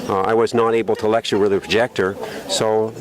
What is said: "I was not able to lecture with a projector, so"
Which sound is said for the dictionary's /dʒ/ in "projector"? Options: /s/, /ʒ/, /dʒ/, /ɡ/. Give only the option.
/dʒ/